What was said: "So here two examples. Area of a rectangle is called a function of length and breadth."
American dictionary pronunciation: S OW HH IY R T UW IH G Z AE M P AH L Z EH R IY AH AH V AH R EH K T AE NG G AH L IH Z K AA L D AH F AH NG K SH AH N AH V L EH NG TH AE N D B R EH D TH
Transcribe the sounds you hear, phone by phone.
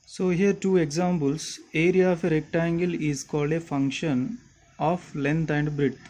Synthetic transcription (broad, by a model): S OW HH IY R T UW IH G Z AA M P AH L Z EH R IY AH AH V AH R EH K T AE NG G AH L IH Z K AA L D AH F AH NG K SH AH N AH F L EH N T AE N D B R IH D